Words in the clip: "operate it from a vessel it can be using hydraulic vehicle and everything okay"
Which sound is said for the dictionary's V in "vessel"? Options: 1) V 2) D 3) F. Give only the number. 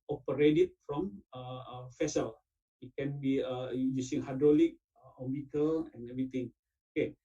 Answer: 3